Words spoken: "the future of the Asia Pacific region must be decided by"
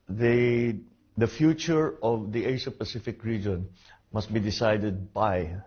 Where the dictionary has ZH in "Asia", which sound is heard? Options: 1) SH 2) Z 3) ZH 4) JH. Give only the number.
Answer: 1